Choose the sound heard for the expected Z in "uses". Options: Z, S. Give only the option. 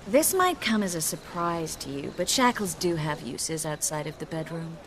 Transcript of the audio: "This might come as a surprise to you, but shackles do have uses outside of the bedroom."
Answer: Z